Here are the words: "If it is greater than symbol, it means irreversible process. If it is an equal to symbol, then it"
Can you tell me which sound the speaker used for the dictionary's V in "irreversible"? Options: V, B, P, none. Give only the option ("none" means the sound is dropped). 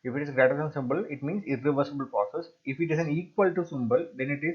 V